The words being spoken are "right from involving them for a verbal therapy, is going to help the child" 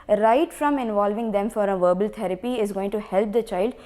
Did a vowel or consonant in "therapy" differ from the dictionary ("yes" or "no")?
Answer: yes